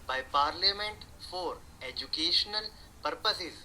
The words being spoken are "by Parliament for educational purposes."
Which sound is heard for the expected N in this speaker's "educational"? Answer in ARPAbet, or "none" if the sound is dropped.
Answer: N